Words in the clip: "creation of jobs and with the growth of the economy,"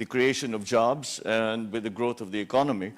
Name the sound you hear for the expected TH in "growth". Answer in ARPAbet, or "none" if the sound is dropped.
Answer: T